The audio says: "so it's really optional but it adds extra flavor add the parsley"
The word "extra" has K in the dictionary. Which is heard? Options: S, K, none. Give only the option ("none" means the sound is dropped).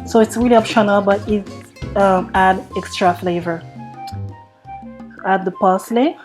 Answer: K